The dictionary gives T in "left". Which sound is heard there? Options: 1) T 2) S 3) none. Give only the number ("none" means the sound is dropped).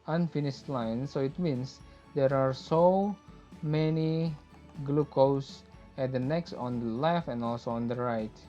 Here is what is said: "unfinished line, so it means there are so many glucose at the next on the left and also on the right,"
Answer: 3